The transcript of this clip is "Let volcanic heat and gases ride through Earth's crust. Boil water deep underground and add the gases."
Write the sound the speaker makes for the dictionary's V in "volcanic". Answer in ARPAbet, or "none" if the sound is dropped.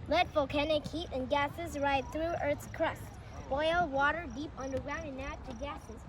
F